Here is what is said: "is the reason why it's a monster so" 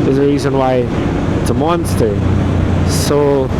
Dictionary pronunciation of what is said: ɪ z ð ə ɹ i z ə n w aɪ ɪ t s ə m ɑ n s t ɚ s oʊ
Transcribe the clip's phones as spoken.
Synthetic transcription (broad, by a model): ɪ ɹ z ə ɹ i z ə n w aɪ ɪ t s ə m ɑ n s t ɚ s oʊ